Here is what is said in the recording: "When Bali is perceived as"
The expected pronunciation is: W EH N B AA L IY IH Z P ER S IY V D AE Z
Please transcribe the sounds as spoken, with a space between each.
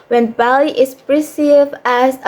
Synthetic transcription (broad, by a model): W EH N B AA L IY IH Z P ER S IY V AE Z